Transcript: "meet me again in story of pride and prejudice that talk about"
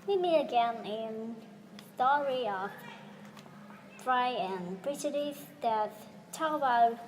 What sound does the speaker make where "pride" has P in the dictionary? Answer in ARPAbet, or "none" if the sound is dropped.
F